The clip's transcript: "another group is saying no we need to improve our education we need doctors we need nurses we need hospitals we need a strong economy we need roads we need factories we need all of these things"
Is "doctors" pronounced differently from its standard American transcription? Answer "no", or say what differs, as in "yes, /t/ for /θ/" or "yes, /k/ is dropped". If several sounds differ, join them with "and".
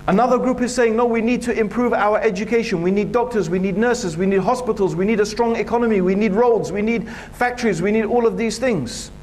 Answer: no